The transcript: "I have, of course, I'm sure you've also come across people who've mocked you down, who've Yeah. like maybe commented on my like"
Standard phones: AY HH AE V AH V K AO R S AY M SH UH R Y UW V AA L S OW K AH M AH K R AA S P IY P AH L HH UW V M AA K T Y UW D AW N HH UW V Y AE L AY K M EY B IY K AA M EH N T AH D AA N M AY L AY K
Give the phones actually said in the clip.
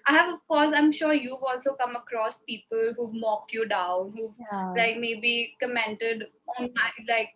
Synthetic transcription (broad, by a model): AY HH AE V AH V K AO R S AY M SH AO R Y UW V AA L S OW K AH M AH K R AA S P IY P AH L HH UW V M AA K T Y UW D AW N HH UW V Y L AY K M EY B IY K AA M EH N T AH D AA N M AY L AY K